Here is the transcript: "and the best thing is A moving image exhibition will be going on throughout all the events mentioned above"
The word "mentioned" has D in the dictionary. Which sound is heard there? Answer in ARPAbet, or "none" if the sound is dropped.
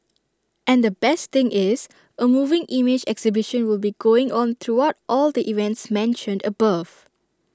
D